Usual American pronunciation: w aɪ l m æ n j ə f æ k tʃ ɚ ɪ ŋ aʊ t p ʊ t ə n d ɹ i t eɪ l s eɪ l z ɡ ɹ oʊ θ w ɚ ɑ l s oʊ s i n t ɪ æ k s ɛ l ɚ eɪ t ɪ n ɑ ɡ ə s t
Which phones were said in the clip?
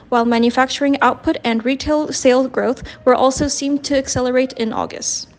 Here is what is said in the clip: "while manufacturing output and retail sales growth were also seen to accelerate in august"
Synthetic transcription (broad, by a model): w aɪ l m æ n j ə f æ k tʃ ɚ ɪ ŋ aʊ t p ʊ t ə n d ɹ i t eɪ l s eɪ l ɡ ɹ oʊ θ w ɚ ɑ l s oʊ s i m t ɪ æ k s ɛ l ɚ eɪ t ɪ n ɑ ɡ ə s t